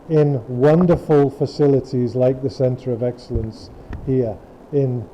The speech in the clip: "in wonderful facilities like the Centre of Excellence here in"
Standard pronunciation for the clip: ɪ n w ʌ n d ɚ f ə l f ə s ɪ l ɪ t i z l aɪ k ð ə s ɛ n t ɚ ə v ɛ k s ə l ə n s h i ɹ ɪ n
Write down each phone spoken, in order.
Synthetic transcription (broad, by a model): ɪ n w ʌ n d ɚ f ə l f ə s ɪ l ɪ t i z l aɪ k ð ə s ɛ n t ɚ ə v ɛ k s ə l ə n s h i ɹ ɪ n